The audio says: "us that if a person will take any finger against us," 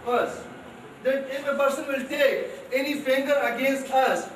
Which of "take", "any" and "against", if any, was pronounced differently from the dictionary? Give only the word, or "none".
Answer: take